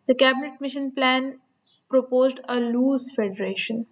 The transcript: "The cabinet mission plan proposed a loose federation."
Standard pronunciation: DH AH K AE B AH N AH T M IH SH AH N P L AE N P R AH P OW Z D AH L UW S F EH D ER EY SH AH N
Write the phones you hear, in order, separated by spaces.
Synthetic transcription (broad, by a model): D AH K AE B AH N AH T M IH SH AH N P L AE N P R AH P OW Z D AH L UW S F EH D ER EY SH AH N